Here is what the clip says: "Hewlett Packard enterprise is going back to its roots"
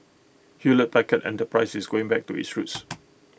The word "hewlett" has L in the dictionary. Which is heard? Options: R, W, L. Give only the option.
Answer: L